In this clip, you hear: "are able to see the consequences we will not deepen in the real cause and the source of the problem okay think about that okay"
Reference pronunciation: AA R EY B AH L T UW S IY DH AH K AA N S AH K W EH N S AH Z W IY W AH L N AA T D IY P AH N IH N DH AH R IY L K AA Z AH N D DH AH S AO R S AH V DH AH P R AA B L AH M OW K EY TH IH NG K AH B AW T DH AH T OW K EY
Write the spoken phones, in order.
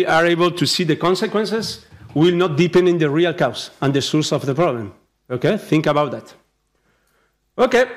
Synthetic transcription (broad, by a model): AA R EY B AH L T UW S IY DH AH K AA N S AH K W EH N S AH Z W IY L N AA T D IY P AH N IH N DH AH R IY L K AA S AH N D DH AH S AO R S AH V DH AH P R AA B L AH M OW K EY TH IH NG K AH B AW T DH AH T OW K EY